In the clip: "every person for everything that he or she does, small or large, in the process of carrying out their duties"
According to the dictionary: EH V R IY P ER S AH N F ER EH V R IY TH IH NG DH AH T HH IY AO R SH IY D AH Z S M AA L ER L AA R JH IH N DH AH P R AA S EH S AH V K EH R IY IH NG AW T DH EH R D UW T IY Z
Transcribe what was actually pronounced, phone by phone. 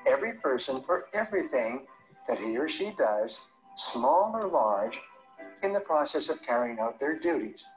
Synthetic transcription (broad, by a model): EH V R IY P ER S AH N F ER EH V R IY TH IH NG DH AH T HH IY R SH IY D AH Z S M AA L ER L AA R JH IH N DH AH P R AA S EH S AH V K EH R IY IH NG AW T DH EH R D UW T IY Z